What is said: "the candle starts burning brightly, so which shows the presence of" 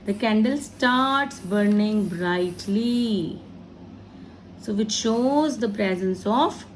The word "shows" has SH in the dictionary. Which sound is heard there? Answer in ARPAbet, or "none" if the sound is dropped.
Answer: SH